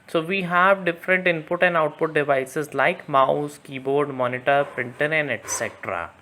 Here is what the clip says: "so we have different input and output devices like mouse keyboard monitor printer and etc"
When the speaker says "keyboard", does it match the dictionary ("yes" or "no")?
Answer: yes